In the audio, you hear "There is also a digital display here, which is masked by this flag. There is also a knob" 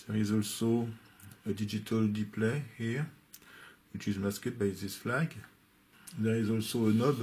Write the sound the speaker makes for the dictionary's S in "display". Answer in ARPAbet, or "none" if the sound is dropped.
none